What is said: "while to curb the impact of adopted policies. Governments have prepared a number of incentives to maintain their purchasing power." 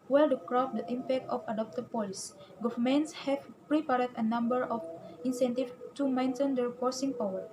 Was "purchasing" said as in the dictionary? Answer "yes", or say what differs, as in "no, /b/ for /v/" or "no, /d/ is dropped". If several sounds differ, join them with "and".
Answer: no, /f/ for /p/